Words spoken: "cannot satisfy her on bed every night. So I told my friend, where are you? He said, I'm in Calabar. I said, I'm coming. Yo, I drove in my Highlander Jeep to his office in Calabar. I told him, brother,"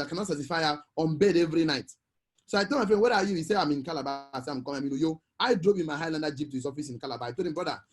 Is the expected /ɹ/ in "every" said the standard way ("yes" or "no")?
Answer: yes